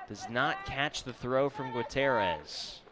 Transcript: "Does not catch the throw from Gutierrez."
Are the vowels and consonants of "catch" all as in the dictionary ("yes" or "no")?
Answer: yes